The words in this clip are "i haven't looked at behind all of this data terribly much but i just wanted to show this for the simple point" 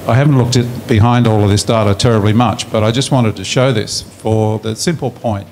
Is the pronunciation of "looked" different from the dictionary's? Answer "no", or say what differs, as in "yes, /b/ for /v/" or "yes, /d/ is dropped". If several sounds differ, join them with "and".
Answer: no